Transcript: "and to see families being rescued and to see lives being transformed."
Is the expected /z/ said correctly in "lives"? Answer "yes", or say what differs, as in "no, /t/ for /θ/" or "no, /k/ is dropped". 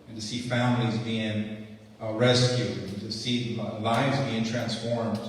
yes